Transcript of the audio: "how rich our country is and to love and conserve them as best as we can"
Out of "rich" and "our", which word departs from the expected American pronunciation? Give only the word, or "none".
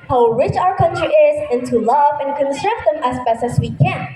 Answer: none